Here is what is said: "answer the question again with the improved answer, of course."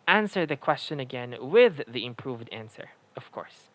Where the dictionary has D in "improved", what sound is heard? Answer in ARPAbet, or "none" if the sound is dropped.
D